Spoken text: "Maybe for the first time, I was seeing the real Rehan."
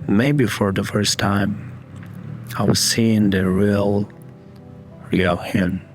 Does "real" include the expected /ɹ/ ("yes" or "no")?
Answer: yes